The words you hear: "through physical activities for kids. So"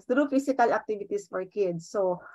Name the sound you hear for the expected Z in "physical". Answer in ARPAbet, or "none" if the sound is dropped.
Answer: S